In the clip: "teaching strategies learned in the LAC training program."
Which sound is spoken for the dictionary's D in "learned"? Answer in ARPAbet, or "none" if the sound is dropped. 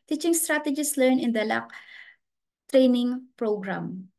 none